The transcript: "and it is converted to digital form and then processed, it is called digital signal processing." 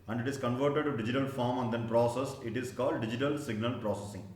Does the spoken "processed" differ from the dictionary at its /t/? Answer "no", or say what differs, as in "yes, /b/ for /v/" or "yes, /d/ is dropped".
yes, /t/ is dropped